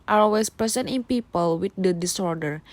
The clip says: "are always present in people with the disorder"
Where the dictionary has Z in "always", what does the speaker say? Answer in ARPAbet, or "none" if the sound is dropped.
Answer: S